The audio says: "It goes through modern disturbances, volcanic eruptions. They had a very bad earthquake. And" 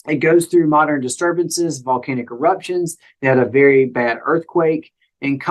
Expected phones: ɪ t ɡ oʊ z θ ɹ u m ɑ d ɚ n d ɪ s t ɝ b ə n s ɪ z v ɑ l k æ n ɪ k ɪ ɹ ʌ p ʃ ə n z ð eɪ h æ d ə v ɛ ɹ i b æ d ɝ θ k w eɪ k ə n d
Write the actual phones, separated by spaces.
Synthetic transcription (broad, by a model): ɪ t ɡ oʊ z θ ɹ u m ɑ d ɚ n d ɪ s t ɝ b ə n s ɪ z v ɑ l k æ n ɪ k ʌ ɹ ʌ p ʃ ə n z ð eɪ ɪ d ə v ɛ ɹ i b æ d ɝ θ k w eɪ k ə n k